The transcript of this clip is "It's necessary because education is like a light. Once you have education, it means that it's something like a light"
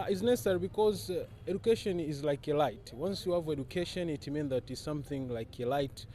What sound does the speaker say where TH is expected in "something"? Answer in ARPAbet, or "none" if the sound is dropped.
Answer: TH